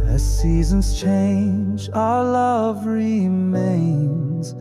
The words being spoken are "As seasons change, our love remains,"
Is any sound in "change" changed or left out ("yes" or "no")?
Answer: no